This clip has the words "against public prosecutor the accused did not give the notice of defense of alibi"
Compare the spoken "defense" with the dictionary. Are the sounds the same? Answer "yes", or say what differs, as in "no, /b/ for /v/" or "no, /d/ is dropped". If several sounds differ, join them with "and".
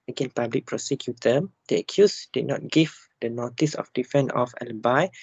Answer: no, /s/ is dropped